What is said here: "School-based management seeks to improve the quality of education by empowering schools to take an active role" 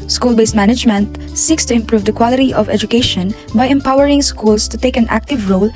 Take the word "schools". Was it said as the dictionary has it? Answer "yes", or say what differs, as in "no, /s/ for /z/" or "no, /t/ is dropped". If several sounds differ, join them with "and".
no, /s/ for /z/